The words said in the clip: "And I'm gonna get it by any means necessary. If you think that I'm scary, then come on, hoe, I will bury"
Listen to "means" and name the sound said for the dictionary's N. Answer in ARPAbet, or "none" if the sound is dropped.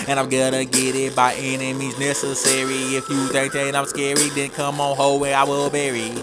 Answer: none